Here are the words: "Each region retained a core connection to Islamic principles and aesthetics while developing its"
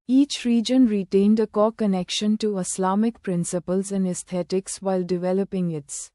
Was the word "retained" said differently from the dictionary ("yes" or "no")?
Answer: no